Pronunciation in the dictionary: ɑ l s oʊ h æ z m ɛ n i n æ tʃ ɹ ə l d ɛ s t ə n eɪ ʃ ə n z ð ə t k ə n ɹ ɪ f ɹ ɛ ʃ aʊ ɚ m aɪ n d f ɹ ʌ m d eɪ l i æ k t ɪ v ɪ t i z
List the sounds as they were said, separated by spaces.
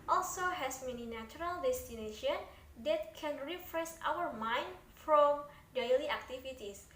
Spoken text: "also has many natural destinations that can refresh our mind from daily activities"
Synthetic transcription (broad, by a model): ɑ l s oʊ h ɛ s m ɛ n i n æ tʃ ɹ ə l d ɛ s t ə n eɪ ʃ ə n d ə t k ə n ɹ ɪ f ɹ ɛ s aʊ ɚ m aɪ n d f ɹ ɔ m d eɪ l i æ k t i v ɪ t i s